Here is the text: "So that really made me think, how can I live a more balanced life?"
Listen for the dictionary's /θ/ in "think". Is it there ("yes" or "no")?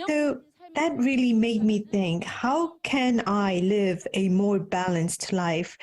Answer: yes